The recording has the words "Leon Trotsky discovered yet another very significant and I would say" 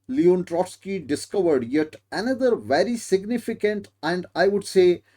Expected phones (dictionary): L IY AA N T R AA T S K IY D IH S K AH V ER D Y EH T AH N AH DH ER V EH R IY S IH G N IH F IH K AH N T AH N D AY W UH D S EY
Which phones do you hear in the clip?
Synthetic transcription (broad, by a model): L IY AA N T R AA T S K IY D IH S K AH V ER D Y EH T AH N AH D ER V EH R IY S IH G N IH F IH K AH N T AH N D AY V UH D S EY